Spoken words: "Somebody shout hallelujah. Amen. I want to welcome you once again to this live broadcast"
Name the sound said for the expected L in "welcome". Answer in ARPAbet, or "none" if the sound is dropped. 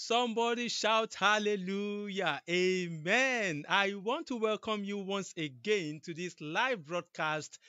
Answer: L